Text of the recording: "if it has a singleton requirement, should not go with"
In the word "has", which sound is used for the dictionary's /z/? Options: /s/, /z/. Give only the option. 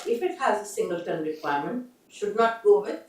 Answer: /z/